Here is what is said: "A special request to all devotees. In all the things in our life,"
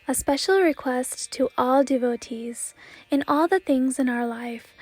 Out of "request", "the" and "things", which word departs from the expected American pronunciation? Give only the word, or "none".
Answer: none